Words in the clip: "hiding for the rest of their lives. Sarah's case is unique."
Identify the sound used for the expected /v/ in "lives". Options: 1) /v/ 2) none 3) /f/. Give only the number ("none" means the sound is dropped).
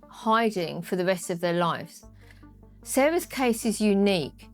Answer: 3